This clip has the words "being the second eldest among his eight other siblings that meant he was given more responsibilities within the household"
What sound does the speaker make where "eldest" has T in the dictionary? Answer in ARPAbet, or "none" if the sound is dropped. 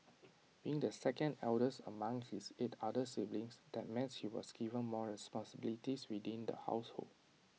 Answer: none